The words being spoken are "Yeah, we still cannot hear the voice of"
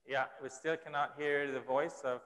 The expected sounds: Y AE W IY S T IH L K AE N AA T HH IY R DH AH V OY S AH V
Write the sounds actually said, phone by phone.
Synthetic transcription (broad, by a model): Y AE W IY S T IH L K AE N AA T HH IY R DH AH V OY S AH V